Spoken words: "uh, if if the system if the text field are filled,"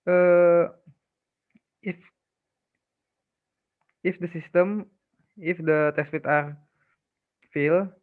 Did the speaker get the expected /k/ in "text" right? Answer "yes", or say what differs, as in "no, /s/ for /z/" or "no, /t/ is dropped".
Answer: no, /k/ is dropped